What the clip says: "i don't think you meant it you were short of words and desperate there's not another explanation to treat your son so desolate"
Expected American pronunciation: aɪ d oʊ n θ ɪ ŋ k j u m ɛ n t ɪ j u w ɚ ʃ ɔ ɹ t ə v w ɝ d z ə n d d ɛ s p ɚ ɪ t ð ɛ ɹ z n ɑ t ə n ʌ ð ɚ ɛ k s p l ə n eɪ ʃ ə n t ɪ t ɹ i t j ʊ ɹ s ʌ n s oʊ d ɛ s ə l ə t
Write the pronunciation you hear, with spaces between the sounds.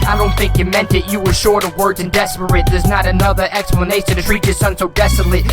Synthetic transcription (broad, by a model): aɪ d oʊ n θ ɪ ŋ k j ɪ m ɛ n t ɪ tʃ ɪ w ɚ ʃ ɔ ɹ t ə v w ɝ d z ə n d d ɛ s p ɚ ɪ t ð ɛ ɹ z n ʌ t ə n ʌ ð ɚ ɛ k s p l ə n eɪ ʃ ə n t ɪ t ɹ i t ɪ s ʌ n s oʊ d ɛ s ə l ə